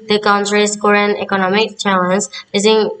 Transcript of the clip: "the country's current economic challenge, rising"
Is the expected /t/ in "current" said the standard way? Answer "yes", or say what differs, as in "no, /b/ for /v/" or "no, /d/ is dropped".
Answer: no, /t/ is dropped